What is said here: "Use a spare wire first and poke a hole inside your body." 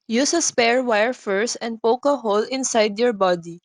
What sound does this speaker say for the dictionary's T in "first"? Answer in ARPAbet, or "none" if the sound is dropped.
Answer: none